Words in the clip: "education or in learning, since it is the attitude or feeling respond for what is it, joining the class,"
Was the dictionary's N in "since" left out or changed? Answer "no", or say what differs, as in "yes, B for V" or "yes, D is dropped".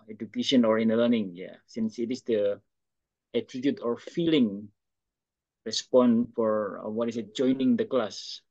no